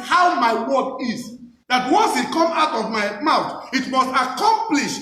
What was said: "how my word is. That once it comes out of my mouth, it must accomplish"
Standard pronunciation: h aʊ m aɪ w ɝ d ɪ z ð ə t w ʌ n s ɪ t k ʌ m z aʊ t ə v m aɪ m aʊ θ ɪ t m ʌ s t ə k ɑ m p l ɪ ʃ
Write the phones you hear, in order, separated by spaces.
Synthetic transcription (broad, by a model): h aʊ m aɪ w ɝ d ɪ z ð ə t w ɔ n s ɪ t k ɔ m aʊ t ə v m aɪ m aʊ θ ɪ t m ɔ s t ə k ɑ m p l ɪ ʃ